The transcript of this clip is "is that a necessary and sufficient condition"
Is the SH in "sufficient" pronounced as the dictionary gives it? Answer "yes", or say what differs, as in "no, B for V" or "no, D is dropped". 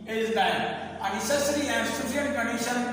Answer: no, SH is dropped